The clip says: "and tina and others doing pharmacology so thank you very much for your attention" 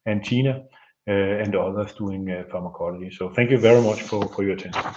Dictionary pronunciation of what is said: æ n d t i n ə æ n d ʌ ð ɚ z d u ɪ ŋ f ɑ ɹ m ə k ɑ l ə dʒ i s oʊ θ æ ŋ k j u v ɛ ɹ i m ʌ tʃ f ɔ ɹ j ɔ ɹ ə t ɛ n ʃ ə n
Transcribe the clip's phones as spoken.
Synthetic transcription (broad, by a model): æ n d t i n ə æ n d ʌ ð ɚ s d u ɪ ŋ f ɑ m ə k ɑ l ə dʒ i s oʊ θ æ ŋ k j u v ɛ ɹ i m ʌ tʃ f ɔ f j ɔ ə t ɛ n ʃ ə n